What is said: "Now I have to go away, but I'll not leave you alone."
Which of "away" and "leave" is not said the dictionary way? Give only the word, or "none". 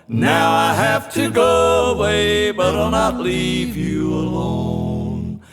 none